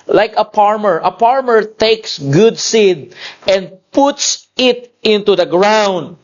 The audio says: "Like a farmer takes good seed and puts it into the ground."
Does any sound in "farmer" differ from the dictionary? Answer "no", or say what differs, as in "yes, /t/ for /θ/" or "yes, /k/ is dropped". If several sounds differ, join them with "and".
yes, /p/ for /f/